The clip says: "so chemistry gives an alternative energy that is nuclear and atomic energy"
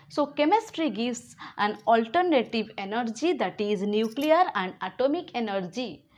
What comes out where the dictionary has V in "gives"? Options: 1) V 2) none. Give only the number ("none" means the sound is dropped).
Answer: 2